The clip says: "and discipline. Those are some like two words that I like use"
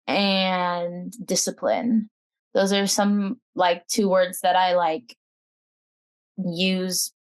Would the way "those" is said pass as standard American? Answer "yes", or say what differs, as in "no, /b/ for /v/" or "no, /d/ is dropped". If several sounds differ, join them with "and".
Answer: yes